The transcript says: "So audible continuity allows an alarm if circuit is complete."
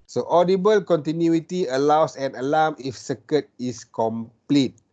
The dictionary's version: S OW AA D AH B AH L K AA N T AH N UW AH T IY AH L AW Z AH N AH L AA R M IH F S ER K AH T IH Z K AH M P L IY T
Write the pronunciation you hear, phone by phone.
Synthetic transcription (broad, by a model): S OW AA D AH B AH L K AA N T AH N UW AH T IY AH L AW S AH N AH L AA M IH F S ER K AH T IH S K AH M P L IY T